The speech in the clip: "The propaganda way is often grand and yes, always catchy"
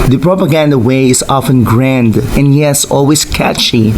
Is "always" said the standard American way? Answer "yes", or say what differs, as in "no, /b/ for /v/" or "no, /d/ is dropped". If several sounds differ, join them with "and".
no, /s/ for /z/